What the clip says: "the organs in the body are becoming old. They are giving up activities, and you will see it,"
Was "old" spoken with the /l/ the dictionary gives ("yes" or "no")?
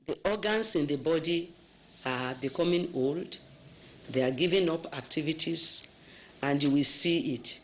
yes